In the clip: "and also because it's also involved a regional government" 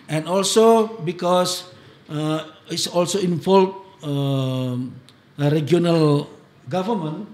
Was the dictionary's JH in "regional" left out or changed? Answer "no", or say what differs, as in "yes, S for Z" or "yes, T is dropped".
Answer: yes, JH is dropped